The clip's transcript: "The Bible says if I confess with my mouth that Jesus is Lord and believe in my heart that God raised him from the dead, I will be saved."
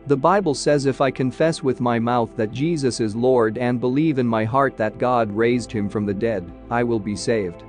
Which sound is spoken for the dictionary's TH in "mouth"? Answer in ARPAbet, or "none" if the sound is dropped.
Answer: TH